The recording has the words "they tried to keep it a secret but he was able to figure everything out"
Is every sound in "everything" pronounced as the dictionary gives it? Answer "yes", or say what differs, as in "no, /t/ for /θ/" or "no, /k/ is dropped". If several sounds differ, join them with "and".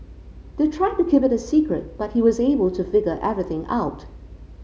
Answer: yes